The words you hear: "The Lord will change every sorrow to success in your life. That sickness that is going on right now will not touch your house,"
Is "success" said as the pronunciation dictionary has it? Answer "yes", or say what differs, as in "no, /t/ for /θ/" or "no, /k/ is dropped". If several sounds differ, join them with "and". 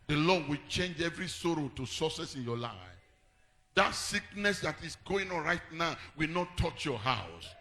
no, /k/ is dropped